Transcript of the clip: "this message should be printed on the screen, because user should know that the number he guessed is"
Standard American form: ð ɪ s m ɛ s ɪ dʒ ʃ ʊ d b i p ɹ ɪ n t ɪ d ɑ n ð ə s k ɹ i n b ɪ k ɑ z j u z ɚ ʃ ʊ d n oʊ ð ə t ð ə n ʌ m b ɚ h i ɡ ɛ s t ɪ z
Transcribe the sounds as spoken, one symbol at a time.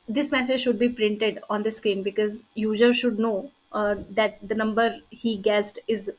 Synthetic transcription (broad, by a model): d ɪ s m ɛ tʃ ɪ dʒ ʃ ʊ d b i p ɹ ɪ n t ɪ d ɑ n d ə s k i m b ɪ k ɑ z j u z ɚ ʃ ʊ d n oʊ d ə t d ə n ʌ m b ɚ h i ɡ ɛ s t ɪ z